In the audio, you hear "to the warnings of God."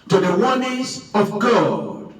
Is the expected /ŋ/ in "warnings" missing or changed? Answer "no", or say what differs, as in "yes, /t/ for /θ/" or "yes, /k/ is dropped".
yes, /ŋ/ is dropped